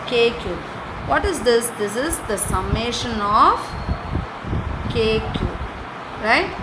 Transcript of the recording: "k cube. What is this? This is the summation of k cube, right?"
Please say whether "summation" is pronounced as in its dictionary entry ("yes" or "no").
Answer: yes